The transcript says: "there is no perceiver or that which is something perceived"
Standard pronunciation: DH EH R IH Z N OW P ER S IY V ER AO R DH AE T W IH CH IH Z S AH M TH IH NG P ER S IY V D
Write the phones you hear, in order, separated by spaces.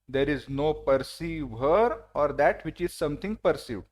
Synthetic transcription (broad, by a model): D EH R IH Z N OW P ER S IY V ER AO R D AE T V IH CH IH Z S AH M T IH NG P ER S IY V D